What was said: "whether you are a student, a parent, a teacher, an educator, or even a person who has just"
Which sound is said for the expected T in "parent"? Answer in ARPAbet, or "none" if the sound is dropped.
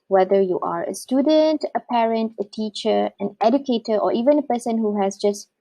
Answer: T